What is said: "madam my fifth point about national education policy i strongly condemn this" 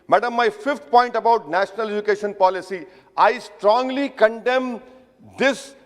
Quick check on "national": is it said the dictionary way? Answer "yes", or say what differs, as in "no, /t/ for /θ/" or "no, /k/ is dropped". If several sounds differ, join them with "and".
yes